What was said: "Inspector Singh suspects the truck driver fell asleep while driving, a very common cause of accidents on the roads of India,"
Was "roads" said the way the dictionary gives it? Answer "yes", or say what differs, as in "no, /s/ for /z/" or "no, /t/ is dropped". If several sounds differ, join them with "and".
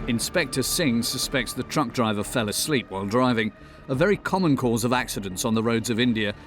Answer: yes